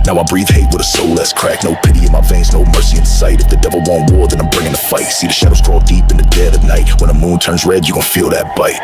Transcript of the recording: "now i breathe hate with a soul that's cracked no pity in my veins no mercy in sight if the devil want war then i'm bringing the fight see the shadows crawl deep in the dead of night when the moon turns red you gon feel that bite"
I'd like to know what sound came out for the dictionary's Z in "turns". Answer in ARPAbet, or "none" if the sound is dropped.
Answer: Z